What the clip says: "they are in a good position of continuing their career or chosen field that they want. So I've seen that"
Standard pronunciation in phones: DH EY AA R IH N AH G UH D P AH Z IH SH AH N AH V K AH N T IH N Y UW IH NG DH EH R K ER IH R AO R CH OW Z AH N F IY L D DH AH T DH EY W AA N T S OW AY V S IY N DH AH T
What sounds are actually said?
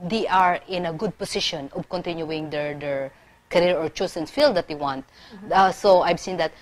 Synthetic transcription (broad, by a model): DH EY AA R IH N AH G UH D P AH S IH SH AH N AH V K AH N T IH N Y UW IH NG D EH R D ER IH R AO R CH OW S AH N F IY L D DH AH T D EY W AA N T S OW AY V S IY N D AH T